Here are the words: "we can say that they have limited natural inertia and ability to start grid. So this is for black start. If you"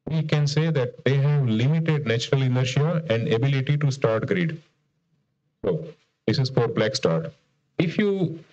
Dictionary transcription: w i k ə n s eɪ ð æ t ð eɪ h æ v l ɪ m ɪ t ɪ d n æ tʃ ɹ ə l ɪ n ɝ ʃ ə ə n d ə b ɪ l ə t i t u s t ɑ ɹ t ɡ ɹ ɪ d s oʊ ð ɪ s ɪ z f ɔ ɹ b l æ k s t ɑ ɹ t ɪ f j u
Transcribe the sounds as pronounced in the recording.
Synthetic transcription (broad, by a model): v i k ə n s eɪ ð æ t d eɪ h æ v l ɪ m ɪ t ɪ d n æ tʃ ɹ ə l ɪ n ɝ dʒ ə ə n d ə b ɪ l ə t i t u s t ɑ ɹ t ɡ ɹ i d s oʊ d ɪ s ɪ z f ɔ ɹ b l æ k s t ɑ ɹ t ɪ f j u